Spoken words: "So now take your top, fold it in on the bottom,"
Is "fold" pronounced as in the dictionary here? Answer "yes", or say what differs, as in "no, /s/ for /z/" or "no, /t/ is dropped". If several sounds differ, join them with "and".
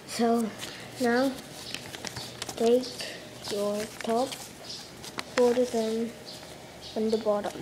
no, /l/ is dropped